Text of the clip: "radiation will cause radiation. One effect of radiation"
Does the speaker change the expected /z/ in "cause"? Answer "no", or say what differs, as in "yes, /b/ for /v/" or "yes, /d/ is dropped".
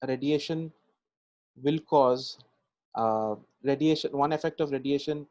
no